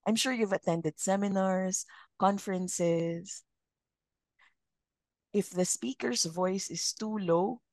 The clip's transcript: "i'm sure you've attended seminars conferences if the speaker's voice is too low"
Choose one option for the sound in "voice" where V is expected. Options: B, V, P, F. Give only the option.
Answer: V